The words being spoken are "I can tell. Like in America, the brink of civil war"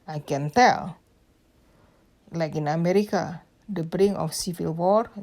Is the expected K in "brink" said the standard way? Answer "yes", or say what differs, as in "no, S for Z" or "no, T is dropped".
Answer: no, K is dropped